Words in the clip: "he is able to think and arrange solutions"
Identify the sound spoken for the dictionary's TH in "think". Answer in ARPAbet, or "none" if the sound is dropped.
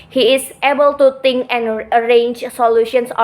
T